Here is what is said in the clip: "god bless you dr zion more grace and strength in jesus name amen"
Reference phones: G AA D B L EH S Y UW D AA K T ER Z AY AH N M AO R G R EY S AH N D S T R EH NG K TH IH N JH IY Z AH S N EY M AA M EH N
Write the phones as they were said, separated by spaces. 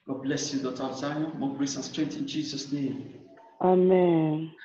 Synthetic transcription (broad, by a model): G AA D B L EH S Y UW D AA T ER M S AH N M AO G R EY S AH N S T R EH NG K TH IH N JH IY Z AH S N EY M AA M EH N